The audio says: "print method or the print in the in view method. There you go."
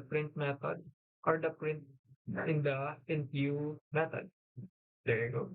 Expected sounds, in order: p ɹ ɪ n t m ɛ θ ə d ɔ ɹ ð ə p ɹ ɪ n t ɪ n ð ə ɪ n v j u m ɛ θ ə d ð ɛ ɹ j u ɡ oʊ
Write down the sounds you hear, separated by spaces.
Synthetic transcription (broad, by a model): p ɹ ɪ n t m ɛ t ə d ɔ ɹ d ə p ɹ ɪ n t ɪ n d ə ɪ n p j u m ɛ t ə d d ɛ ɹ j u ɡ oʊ